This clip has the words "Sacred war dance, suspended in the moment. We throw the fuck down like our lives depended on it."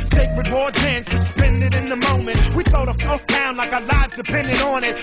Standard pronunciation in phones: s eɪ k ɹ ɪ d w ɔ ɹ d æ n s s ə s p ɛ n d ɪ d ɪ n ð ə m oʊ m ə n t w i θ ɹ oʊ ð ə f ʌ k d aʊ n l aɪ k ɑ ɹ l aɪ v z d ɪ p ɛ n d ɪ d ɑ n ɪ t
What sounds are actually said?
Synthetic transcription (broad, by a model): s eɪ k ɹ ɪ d w ɔ ɹ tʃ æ n s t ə s p ɛ n d ɪ d ɪ n ð ə m oʊ m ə n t w i θ ɹ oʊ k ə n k d aʊ n l aɪ k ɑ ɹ l aɪ v z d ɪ p ɛ n d ɪ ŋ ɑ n ɪ t